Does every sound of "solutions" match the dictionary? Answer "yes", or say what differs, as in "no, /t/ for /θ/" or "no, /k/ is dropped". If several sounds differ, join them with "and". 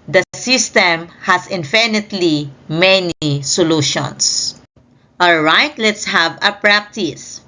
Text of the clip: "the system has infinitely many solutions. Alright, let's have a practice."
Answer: no, /s/ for /z/